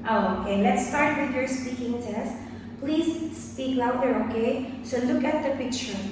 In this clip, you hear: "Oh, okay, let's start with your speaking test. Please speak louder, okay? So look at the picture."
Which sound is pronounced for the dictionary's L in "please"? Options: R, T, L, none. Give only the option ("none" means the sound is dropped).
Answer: L